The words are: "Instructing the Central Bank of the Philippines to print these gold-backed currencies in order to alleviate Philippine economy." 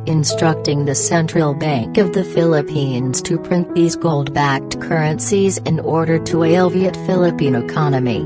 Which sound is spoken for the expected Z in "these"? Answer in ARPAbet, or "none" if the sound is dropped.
Z